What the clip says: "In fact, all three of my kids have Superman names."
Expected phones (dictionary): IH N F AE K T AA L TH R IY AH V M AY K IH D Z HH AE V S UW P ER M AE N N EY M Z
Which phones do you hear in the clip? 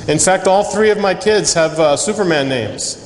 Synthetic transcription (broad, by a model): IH N F AE K T AA L TH R IY AH V M AY K IH D Z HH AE V S UW P ER M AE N N EY M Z